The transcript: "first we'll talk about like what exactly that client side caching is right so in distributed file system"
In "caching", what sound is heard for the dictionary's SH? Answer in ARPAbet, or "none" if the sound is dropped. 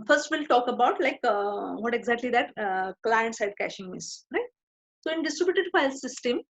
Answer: SH